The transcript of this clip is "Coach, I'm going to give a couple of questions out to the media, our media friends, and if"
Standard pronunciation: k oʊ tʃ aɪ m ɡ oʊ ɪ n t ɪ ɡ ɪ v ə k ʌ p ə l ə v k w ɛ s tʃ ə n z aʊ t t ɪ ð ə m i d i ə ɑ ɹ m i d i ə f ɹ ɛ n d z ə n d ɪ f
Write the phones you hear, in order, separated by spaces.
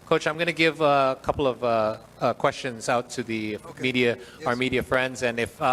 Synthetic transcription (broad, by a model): k oʊ tʃ aɪ m ɡ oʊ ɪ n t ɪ ɡ ɪ v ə k ʌ p l ə v k w ɛ s tʃ ə n z aʊ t t ɪ ð ə m i d i ə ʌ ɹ m i d i ə f ɹ ɛ n d z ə n ɪ f